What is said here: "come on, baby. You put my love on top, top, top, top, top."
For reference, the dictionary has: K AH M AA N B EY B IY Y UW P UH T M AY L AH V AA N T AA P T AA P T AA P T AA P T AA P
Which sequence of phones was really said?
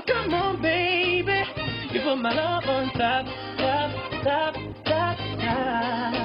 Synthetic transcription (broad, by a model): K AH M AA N B EY B IY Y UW F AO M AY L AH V AA N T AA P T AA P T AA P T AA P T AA